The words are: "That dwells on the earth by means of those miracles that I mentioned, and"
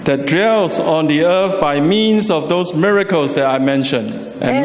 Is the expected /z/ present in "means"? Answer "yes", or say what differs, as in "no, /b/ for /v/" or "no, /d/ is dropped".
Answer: no, /s/ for /z/